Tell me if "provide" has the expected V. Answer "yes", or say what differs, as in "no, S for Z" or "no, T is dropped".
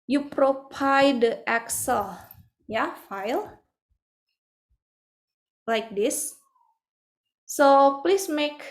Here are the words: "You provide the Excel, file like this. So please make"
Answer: no, P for V